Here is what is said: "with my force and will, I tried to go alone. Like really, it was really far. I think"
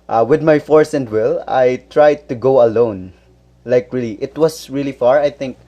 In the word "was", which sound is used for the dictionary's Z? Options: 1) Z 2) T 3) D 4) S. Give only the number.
4